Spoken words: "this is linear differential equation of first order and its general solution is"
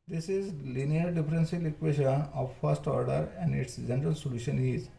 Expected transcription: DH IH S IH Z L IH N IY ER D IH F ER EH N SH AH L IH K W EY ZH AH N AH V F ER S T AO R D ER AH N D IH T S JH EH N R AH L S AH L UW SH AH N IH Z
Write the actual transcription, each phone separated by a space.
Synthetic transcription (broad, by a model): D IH S IH Z L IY N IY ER D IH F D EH N S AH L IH K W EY SH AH N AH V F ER S T AO R D ER AH N D IH T S JH EH N R AH L S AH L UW SH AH N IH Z